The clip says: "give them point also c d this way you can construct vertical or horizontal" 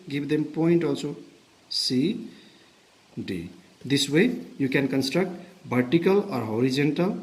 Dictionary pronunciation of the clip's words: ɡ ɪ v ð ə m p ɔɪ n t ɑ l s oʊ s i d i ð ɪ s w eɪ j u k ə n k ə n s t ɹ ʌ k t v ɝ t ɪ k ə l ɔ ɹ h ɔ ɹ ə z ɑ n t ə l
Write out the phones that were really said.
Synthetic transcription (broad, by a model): ɡ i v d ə m p ɔɪ n t ɑ l s oʊ s i d i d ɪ s w eɪ j u k ə n k ə n s t ɹ ʌ k t b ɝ t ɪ k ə l ɔ ɹ h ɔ ɹ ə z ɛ n t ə l